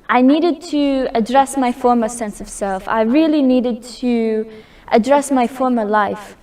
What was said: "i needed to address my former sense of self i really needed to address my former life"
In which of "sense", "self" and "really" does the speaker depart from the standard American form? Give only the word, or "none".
none